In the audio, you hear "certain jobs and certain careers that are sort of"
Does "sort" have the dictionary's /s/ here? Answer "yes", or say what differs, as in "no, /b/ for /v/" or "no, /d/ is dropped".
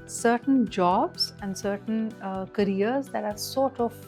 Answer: yes